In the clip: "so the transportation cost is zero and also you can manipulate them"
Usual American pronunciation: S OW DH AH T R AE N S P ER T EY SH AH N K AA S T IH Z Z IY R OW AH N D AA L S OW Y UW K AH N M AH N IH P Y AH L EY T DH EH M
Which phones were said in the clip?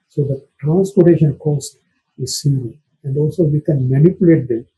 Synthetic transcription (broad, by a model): S OW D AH T R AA N S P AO T EY SH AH N K AA S T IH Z S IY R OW AH N D AA L S OW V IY K AH N M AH N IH P Y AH L EY T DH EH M